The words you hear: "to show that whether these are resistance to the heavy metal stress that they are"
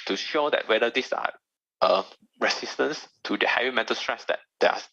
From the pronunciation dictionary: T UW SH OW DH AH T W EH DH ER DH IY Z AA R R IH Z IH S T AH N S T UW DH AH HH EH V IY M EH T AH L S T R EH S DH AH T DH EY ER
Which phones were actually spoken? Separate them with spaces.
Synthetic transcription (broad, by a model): T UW SH OW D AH T W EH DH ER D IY S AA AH R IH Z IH S T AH N S T UW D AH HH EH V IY M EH T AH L S T R EH S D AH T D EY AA